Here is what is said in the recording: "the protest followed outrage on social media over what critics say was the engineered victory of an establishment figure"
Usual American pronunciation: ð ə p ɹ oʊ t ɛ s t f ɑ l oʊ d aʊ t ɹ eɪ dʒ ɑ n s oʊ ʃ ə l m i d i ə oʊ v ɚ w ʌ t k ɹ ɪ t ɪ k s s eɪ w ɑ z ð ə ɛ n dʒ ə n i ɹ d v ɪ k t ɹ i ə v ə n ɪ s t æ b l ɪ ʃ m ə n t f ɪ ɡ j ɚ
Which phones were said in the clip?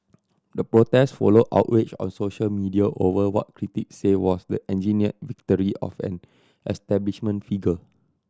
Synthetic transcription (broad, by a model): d ə p ɹ oʊ t ɛ s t f ɑ l oʊ d aʊ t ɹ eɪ tʃ ɑ n s oʊ ʃ ə l m i d i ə oʊ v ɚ w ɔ t k ɹ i t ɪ k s s eɪ w ɑ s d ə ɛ n dʒ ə n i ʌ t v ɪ k t ɹ i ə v ə n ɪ s t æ b l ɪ ʃ m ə n t f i ɡ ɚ